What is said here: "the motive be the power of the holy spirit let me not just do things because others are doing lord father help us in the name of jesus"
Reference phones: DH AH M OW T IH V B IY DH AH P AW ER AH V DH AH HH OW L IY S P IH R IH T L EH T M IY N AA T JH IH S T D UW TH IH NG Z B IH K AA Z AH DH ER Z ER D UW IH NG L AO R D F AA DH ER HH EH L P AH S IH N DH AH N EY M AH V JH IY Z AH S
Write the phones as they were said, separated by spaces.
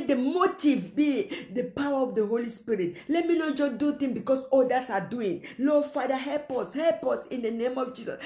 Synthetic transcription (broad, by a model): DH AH M OW T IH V B IY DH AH P AW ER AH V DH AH HH OW L IY S P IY R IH T L EH T M IY N AA T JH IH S D UW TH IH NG B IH K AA S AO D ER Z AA D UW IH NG L AO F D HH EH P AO HH EH L P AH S IH N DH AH N EY M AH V JH IY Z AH S